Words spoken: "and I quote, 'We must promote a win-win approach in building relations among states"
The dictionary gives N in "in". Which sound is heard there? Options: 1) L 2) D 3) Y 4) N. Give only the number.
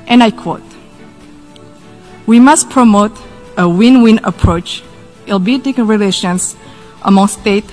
1